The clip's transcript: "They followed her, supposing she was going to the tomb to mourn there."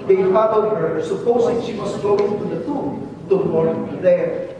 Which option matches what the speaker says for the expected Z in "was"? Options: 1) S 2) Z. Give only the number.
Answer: 1